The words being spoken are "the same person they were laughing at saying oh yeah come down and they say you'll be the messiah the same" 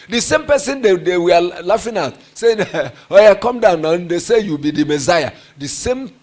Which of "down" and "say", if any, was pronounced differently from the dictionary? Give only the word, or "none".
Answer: none